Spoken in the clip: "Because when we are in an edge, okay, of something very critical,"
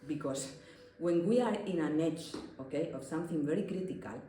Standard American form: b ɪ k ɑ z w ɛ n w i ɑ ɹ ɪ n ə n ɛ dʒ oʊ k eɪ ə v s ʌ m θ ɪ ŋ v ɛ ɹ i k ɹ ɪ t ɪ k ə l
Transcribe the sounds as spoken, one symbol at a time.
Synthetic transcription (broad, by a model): b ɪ k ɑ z w ɛ n w i ɑ ɹ ɪ n ə n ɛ tʃ oʊ k eɪ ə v s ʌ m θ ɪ ŋ v ɛ ɹ i k ɹ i t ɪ k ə l